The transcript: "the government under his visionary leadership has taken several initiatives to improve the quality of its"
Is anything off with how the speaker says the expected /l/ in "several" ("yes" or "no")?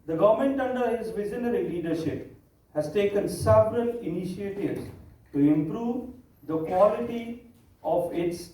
yes